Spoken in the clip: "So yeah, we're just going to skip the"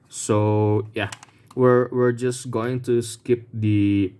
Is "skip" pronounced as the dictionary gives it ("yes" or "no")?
yes